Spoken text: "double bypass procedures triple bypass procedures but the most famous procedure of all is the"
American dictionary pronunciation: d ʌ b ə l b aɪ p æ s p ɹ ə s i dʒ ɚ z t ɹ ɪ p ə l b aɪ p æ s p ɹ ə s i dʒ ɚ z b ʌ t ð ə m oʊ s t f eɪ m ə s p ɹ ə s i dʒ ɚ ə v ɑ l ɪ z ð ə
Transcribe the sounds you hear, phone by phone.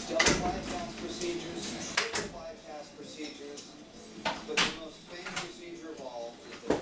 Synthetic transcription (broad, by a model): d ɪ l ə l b aɪ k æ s p ɹ ə s i dʒ ɚ z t ɪ ə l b aɪ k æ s p ɹ ə s i dʒ ɚ z b ʌ t ð ə m oʊ s t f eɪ ə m p ɹ ə s i dʒ ɚ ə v ɑ l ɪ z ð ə